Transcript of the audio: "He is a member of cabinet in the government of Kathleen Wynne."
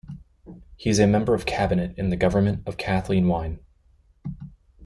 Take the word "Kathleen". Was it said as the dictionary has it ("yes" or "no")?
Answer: yes